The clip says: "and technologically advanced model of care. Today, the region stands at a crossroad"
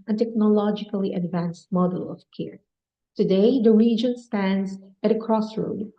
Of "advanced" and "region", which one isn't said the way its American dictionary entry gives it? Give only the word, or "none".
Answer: none